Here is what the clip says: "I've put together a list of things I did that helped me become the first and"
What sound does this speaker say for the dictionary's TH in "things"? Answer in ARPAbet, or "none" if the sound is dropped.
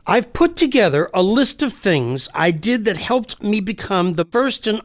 TH